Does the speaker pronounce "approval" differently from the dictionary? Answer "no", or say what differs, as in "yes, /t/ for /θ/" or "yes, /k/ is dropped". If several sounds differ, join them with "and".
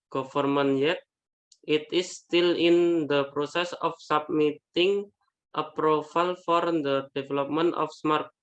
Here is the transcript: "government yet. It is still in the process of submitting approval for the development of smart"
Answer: yes, /f/ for /v/